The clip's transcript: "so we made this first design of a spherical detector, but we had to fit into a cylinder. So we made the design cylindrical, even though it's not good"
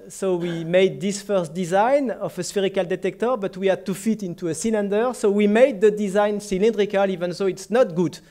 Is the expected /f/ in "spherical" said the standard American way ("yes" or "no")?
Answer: yes